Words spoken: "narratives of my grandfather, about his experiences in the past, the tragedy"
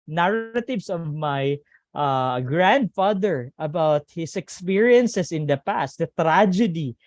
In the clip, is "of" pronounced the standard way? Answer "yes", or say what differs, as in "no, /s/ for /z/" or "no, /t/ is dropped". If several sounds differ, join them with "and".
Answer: yes